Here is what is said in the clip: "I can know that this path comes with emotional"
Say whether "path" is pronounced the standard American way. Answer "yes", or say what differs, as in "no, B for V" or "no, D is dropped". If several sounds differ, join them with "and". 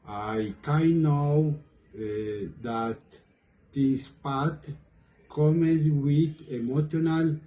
no, T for TH